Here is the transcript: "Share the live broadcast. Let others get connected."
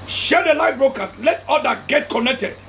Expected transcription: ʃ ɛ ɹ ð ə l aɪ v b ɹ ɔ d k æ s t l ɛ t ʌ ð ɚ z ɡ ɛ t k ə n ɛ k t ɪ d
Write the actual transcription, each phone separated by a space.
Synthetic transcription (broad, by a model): ʃ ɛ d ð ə l aɪ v b ɹ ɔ k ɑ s l ɛ t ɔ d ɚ ɡ ɛ t k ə n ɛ k t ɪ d